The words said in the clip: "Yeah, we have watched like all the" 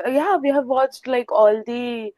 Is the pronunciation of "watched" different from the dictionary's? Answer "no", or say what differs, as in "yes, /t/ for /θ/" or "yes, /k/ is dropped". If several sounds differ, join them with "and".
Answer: no